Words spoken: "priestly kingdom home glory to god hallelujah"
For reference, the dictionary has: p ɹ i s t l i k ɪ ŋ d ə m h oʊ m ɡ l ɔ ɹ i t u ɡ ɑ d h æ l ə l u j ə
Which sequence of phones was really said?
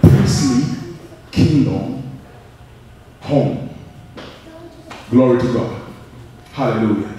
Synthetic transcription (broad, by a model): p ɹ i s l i k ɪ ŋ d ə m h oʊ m ɡ l ɔ ɹ i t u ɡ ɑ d h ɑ l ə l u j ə